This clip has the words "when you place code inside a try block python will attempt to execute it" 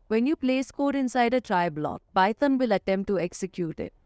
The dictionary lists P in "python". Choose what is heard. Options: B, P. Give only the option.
B